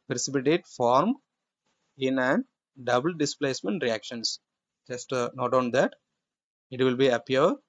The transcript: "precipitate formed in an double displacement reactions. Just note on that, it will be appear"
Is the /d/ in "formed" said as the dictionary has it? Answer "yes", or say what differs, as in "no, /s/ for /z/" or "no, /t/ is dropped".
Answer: no, /d/ is dropped